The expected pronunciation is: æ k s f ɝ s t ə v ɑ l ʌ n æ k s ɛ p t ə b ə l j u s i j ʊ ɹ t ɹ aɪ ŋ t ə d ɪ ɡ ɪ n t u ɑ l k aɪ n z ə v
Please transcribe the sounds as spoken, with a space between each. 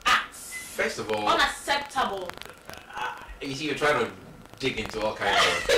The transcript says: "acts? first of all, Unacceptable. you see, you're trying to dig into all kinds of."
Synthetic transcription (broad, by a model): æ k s f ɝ s t ə v ɑ l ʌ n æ s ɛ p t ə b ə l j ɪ s i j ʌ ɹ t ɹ aɪ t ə d ɪ ɡ ɪ n t u ɑ l k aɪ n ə